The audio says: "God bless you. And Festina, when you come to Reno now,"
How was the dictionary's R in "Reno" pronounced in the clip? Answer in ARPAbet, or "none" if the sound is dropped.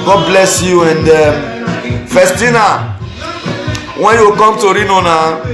R